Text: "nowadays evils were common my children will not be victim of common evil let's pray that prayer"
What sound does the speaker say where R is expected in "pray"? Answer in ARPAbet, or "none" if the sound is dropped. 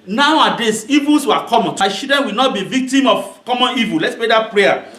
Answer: none